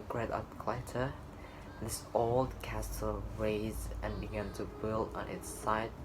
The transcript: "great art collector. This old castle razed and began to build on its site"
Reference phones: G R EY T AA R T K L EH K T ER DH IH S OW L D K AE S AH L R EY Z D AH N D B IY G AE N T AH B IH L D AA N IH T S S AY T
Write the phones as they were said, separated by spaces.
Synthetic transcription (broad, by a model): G R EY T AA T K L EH T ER DH IH S OW L D K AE S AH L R EY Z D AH N B IY G AE N T AH B IH L D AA N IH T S S AY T